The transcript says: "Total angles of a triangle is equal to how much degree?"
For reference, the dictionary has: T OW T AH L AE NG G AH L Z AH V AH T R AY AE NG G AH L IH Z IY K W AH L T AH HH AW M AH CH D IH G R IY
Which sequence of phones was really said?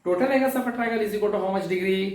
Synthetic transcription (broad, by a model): T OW T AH L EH G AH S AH P AH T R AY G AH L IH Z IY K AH T AH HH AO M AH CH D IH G R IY